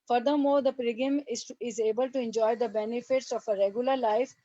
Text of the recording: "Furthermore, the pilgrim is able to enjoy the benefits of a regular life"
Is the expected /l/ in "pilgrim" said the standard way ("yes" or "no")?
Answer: no